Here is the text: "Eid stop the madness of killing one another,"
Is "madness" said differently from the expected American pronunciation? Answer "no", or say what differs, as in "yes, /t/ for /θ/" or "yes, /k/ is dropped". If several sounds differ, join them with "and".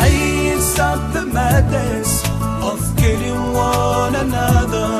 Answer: yes, /n/ is dropped